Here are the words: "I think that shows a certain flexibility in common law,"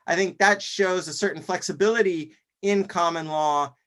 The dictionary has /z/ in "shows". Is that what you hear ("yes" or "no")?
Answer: yes